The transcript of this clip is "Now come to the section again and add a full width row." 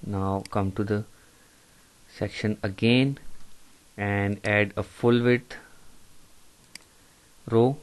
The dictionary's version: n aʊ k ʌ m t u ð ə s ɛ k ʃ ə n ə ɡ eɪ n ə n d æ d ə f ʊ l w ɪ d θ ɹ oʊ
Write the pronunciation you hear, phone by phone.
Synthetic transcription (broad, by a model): n aʊ k ʌ m t u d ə s ɛ k ʃ ə n ə ɡ eɪ n ə n d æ d ə f ʊ l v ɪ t ɹ oʊ